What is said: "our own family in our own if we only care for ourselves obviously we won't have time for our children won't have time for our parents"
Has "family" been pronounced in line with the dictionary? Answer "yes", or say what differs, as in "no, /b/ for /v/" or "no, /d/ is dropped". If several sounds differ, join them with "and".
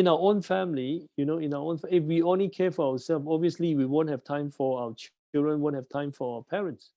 no, /n/ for /l/